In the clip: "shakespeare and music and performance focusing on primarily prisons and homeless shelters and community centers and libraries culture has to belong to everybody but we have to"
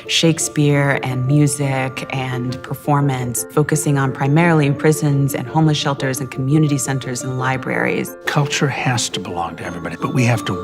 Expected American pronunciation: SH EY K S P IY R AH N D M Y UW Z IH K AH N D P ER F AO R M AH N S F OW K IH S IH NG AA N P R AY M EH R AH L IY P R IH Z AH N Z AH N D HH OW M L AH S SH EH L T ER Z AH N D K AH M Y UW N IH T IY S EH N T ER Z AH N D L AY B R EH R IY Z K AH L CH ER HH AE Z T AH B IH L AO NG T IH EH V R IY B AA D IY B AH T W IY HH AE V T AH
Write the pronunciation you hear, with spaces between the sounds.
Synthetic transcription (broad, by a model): SH EY K S P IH R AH N M Y UW Z IH K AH N P ER F AO R M AH N S F OW K IH S IH NG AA N P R AY M EH R L IY P R IH Z AH N Z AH N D HH OW M L AH S SH EH L T ER Z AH N K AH M Y UW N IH T IY S EH N T ER Z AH N L AY B R EH R IY Z K AH L CH ER HH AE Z T AH B IH L AO NG T IH EH V R IY B AA D IY B AH T W IY HH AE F T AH